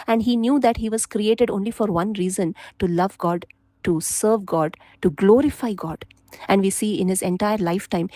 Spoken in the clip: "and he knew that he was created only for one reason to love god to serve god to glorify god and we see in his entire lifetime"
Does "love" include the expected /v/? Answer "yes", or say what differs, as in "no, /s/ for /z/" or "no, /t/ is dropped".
yes